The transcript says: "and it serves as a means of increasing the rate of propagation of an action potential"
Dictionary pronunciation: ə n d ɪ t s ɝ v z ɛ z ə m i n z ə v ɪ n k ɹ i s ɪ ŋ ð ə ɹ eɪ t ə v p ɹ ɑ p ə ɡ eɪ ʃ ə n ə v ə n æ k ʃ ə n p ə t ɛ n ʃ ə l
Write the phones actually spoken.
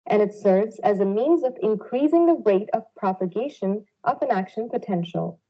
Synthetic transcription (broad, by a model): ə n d ɪ t s ɝ v z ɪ z ə m i n z ə v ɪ n k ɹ i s ɪ ŋ ð ə ɹ eɪ t ə v p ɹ ɑ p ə ɡ eɪ ʃ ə n ə v ə n æ k ʃ ə n p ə t ɛ n ʃ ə l